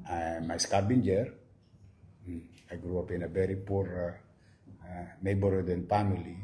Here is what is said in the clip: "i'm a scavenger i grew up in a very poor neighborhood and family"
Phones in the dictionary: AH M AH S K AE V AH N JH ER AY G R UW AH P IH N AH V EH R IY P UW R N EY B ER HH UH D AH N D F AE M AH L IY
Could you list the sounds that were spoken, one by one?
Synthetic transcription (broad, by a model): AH M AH S K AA B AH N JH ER AY G R UW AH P IH N AH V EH R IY P UW R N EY B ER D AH N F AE M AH L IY